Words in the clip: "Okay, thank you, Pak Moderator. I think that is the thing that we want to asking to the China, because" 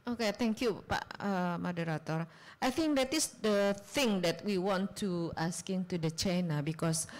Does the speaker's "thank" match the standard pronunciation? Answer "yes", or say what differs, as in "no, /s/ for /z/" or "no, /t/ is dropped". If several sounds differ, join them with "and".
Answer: no, /t/ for /θ/